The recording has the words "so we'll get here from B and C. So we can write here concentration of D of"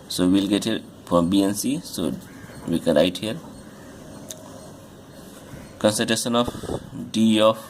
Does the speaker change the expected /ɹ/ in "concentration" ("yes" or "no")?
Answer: yes